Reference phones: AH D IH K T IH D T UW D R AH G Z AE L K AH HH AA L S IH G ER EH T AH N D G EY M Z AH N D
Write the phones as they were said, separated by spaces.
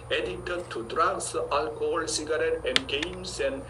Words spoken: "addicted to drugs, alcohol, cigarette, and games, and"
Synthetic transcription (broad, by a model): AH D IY T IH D T UW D R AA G S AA L K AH HH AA L S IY G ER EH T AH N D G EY M S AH N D